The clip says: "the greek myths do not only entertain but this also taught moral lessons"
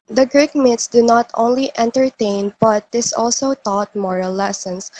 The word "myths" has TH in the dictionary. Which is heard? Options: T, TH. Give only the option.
T